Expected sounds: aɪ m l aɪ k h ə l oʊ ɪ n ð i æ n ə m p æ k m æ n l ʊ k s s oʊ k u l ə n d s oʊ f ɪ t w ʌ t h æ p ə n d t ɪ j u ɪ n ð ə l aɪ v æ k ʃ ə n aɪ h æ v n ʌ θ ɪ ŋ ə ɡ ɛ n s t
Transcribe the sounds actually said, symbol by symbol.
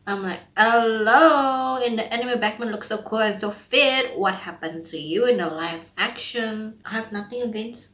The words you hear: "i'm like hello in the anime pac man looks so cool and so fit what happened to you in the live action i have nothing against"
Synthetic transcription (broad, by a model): aɪ m l aɪ k h ə l oʊ ɪ n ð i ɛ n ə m b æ k m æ n l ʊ k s s oʊ k u l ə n s oʊ f ɪ t w ʌ t h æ p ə n t ɪ j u ɪ n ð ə l aɪ f æ k ʃ ə n aɪ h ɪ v n ʌ θ ɪ ŋ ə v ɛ n s